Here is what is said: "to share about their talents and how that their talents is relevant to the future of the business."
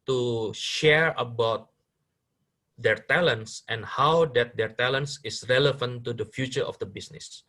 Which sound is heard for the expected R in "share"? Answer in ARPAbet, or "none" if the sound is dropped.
R